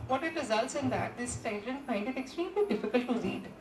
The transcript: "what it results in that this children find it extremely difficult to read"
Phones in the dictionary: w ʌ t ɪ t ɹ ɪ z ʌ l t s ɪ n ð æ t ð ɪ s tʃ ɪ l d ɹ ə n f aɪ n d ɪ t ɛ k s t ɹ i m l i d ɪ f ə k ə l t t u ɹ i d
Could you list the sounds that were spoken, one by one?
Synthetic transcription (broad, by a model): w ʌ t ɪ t ɹ ɪ z ʌ l t s ɪ n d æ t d ɪ s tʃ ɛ d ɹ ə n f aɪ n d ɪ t ɛ k s t ɹ i m l i d ɪ f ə k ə l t t u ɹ i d